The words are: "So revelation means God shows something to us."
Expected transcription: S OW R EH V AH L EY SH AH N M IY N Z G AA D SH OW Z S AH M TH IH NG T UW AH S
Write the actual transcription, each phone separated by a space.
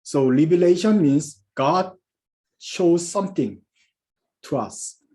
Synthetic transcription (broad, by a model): S OW L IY B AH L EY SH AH N M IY N S G AA D SH OW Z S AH M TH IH NG T UW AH S